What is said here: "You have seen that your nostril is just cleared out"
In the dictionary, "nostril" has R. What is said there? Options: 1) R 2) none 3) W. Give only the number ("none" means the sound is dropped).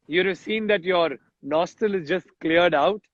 2